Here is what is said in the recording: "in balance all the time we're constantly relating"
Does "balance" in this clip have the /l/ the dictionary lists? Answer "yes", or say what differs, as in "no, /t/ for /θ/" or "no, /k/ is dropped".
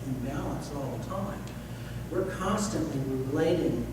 yes